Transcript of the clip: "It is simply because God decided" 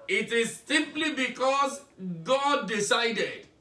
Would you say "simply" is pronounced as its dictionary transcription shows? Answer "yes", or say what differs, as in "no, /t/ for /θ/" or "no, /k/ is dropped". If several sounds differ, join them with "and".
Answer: yes